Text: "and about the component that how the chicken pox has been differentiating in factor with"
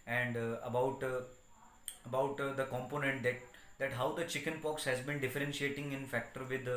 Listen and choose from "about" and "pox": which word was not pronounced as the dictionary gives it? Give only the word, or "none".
none